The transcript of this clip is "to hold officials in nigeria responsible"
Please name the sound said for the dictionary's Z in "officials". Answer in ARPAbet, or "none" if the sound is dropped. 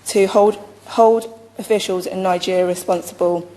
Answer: Z